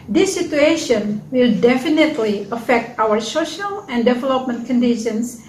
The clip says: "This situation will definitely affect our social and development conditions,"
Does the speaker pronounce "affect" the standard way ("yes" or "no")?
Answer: yes